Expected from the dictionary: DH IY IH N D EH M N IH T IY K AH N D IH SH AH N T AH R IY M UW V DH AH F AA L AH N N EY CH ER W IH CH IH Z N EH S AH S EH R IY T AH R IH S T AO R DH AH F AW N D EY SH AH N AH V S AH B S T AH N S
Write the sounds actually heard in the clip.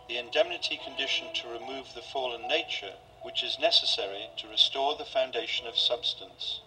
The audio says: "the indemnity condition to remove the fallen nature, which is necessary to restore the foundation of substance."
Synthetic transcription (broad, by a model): DH IY IH N D EH M N IH T IY K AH N D IH SH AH N T AH R IY M UW V DH AH F AA L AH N N EY CH ER W IH CH IH Z N EH S AH S EH R IY T AH R IH S T AO R DH AH F AW N D EY SH AH N AH V S AH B S T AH N S